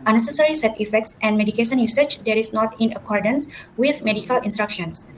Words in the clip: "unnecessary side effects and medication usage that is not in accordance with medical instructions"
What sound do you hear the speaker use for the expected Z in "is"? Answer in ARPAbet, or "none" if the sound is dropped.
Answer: S